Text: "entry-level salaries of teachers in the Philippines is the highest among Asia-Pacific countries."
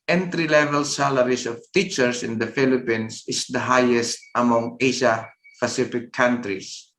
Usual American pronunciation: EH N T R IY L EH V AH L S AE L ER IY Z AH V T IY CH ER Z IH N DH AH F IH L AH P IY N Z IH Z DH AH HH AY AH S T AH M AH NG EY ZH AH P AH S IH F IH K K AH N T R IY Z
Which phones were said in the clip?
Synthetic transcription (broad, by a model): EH N T R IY L EH V AH L S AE L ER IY S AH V T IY CH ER S IH N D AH F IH L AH P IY N S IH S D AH HH AY AH S T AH M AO NG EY SH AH P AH S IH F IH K K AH N T R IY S